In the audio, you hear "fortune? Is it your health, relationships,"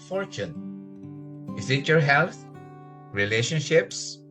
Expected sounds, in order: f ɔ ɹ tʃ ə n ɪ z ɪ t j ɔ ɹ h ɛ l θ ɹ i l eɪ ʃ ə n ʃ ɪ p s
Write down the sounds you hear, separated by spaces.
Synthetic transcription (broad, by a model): f ɔ ɹ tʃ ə n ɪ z ɪ t j ɔ ɹ h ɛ l t ɹ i l eɪ ʃ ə n ʃ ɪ p s